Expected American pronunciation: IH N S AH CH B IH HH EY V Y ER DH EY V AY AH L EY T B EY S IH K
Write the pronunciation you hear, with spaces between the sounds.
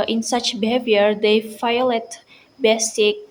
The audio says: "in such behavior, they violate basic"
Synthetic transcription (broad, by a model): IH N S AH CH B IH HH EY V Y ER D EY F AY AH L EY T B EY S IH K